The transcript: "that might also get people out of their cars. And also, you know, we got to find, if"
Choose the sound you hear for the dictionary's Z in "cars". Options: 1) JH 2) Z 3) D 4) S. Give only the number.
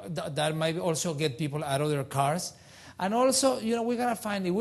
4